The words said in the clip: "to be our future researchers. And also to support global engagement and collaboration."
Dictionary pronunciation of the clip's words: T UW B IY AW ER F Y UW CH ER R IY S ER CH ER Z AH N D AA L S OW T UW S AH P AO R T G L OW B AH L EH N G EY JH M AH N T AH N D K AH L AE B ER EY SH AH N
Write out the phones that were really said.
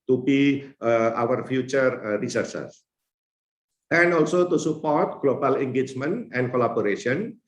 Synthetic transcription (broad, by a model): T UW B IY AW ER F Y UW CH ER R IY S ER S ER S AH N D AA L S OW T UW S AH P AO R T G L OW B AH L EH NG G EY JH M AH N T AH N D K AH L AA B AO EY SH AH N